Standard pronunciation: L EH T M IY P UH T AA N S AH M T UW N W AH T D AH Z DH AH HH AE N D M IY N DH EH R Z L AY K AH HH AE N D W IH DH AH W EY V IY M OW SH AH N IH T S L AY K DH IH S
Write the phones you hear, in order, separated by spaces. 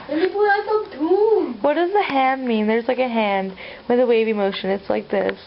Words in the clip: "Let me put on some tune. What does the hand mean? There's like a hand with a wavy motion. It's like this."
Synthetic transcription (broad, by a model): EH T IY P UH AA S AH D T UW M W AH T D AH Z DH AH HH AE N D M IY N DH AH R Z L AY K AH HH AE N D W IH DH AH W EY V IY M OW SH AH N IH T S L AY K DH IH S